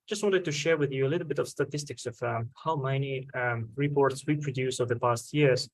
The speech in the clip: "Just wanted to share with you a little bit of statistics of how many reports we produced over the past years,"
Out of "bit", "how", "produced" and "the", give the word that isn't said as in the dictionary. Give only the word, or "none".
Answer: produced